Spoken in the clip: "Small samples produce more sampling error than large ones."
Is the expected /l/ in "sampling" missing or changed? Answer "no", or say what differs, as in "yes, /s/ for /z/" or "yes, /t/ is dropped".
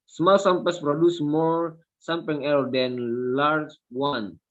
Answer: yes, /l/ is dropped